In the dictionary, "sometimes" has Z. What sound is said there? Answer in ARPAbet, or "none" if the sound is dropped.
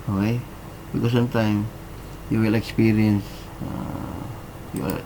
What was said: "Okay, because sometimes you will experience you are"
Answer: none